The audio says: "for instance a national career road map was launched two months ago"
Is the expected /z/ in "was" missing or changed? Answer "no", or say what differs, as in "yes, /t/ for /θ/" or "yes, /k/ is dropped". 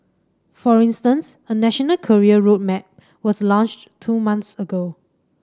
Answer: yes, /s/ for /z/